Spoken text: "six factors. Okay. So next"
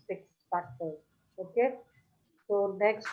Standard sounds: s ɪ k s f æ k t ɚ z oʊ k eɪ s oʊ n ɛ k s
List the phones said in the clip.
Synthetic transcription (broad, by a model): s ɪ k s p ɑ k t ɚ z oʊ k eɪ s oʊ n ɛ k s